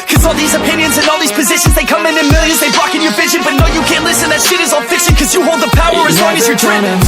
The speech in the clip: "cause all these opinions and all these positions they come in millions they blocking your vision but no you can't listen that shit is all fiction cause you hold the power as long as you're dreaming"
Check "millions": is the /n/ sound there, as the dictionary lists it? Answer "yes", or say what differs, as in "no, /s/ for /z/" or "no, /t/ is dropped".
yes